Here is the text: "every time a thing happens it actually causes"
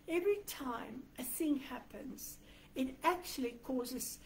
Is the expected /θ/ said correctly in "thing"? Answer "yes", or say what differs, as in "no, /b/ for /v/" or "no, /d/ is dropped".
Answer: yes